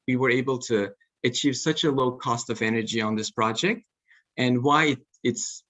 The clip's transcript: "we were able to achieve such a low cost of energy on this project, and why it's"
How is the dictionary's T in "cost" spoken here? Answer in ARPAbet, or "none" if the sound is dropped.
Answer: T